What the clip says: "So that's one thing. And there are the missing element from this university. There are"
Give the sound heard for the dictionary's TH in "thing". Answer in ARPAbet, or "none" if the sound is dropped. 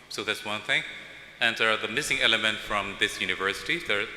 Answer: TH